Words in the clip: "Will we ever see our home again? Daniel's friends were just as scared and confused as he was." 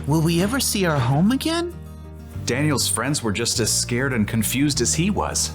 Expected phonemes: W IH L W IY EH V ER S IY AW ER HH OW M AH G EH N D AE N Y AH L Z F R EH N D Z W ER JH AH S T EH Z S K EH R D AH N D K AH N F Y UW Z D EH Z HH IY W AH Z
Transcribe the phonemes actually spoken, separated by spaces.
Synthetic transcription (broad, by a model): W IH L W IY EH V ER S IY AW ER HH OW M AH G EH N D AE N Y L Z F R EH N D Z W ER JH AH S T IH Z S K EH R D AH N K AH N F Y UW Z D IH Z HH IY W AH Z